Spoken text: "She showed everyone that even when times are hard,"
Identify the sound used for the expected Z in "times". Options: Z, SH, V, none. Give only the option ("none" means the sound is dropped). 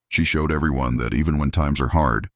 Z